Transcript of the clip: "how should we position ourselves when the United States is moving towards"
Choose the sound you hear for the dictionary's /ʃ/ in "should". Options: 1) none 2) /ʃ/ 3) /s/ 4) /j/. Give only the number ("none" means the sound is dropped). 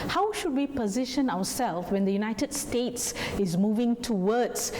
2